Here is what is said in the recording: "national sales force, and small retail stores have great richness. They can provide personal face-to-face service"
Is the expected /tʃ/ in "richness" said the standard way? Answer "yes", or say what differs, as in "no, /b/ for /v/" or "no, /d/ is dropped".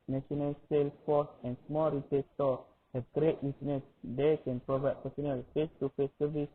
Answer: no, /tʃ/ is dropped